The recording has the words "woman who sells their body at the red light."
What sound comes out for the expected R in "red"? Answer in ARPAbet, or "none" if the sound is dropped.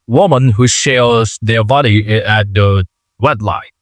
W